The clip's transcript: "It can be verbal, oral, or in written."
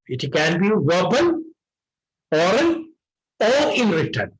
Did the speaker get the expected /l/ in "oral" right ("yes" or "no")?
no